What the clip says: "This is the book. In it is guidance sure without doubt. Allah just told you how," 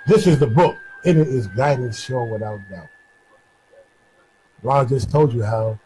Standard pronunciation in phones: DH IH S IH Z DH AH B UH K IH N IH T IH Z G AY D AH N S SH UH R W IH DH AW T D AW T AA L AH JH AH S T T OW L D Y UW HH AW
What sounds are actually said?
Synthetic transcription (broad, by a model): DH IH S IH Z DH AH B UH K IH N IH T IH Z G AY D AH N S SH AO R W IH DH AW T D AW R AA AH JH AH S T T OW L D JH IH HH AW